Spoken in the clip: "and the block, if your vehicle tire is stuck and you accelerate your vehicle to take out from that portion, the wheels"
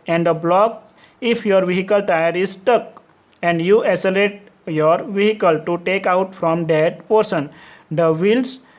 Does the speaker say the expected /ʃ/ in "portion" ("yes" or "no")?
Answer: no